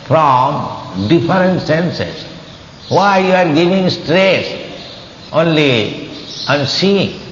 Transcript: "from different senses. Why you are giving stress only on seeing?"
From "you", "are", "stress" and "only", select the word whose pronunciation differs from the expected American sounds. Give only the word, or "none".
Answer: none